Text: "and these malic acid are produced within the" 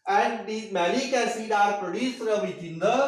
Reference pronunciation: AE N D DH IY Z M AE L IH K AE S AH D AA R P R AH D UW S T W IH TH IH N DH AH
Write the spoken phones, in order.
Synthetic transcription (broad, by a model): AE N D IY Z M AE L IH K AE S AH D AA R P R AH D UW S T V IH T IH N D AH